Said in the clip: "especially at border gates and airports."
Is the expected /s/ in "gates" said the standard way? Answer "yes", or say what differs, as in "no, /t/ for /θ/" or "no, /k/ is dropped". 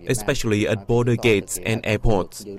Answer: yes